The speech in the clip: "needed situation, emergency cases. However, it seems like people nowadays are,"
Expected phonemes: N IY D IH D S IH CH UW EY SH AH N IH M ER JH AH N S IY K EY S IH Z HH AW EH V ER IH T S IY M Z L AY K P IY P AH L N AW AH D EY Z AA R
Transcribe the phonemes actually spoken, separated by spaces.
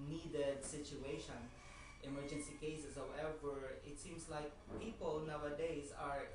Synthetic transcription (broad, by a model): N IY D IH D S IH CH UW EY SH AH N IH M ER JH AH N S IY K EY S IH S HH AW EH V ER IH T S IY M S L AY K P IY P AH L N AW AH D EY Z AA R